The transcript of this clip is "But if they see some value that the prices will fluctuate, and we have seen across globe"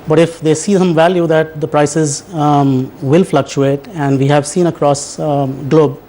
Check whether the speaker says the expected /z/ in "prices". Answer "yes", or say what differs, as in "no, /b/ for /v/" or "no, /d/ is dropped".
yes